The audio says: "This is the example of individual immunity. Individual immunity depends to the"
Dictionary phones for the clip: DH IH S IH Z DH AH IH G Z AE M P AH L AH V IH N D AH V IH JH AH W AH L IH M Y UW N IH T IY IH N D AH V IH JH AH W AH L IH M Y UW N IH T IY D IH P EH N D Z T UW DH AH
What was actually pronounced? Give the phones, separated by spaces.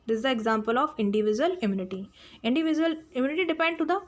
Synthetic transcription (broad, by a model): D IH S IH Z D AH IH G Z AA M P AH L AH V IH N D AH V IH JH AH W AH L IH M Y UW N IH T IY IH N D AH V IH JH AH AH L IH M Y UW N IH T IY D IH P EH N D T UW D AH